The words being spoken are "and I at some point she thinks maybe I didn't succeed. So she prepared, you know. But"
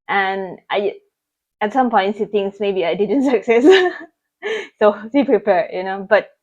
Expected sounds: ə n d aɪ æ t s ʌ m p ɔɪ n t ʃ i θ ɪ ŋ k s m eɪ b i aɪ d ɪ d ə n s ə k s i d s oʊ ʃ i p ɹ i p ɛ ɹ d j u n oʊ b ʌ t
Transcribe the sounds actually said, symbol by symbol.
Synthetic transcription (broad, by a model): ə n aɪ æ t s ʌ m p ɔɪ n t s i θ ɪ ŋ s m eɪ b i aɪ d ɪ d ə n s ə k s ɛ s s oʊ s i p ɹ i p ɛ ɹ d j u n oʊ b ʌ t